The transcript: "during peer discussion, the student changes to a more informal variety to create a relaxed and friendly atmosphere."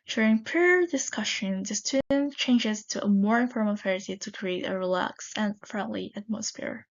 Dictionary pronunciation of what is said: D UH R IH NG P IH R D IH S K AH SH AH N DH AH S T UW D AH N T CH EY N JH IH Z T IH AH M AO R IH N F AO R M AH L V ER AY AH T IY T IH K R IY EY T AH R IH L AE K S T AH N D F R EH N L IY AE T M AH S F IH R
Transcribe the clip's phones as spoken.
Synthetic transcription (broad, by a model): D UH R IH NG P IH R D IH S K AH SH AH N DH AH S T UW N CH EY N JH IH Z T IH AH M AO R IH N F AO R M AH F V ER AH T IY T IH K R IY EY T AH R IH L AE K S AH N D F R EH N L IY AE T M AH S F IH R